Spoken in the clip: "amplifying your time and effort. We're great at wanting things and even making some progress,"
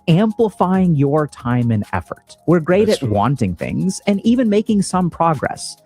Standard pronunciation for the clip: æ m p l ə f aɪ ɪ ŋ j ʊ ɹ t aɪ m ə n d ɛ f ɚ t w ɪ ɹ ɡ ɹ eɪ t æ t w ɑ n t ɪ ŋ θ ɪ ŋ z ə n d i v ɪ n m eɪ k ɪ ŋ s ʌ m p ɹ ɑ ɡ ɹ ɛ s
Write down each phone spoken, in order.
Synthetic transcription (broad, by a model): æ m p l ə f aɪ ɪ ŋ j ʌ ɹ t aɪ m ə n ɛ f ɚ t w ɪ ɹ ɡ ɹ eɪ t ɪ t w ɑ n t ɪ ŋ θ ɪ ŋ z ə n i v ɪ n m eɪ k ɪ ŋ s ʌ m p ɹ ɑ ɡ ɹ ɛ s